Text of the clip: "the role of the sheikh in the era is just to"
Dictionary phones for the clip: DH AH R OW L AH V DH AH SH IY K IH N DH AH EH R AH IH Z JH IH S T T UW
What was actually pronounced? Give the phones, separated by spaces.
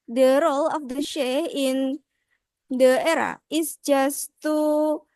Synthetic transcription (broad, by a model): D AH R OW L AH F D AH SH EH IH N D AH EH R AH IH S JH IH S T T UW